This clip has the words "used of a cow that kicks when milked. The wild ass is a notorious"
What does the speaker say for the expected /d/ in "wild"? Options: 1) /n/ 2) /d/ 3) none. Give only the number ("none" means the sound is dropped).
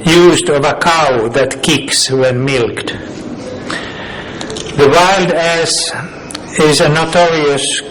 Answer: 2